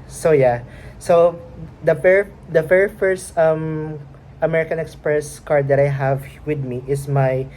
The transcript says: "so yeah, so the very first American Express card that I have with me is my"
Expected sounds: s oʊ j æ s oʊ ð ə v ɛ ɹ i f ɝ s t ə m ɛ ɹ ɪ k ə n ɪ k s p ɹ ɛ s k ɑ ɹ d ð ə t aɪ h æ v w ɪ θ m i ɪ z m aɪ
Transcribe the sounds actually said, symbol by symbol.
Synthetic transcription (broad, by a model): s oʊ j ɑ s oʊ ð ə f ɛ ɹ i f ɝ s t ə m ɛ ɹ ɪ k ə n ɪ k s p ɹ ɛ s k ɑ ɹ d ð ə t aɪ h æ v w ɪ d m i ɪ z m aɪ